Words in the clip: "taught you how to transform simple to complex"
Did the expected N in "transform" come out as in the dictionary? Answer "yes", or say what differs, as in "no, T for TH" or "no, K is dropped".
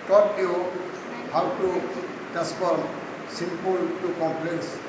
no, N is dropped